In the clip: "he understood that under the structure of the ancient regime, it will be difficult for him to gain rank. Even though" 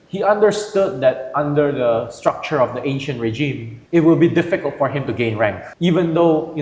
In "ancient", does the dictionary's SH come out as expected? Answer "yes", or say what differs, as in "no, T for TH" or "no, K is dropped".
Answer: yes